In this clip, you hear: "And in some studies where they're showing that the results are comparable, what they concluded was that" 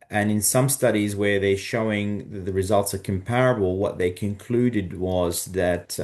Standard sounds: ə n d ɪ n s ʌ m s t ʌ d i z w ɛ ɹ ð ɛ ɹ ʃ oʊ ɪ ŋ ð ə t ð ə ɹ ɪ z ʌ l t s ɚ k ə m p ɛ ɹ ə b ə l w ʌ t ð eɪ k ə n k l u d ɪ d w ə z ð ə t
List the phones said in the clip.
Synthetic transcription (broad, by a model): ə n ɪ n s ʌ m s t ʌ d i z w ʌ ɹ ð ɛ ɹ ʃ oʊ ɪ ŋ ð ə t ð ə ɹ ɪ z ʌ l t s ɚ k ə m p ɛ ɹ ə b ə l w ʌ t ð eɪ k ə n k l u d ɪ d w ə z ð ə t